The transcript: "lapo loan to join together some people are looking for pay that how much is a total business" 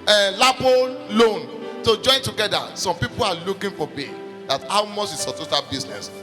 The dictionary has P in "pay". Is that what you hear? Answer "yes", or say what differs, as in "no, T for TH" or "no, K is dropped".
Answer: no, B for P